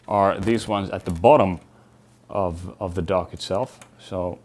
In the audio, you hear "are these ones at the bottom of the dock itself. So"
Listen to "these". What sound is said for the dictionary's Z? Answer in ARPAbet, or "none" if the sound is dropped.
Z